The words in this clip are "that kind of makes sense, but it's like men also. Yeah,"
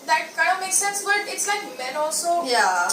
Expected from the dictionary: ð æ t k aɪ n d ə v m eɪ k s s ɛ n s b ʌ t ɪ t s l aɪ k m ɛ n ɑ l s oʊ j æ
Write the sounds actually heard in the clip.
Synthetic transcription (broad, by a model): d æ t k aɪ d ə m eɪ k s s ɛ n s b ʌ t ɪ t s l aɪ k m ɛ n ɑ l s oʊ j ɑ